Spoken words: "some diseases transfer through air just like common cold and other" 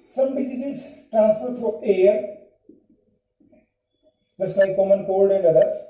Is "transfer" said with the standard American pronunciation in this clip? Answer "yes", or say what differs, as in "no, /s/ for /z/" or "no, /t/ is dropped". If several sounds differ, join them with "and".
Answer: no, /p/ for /f/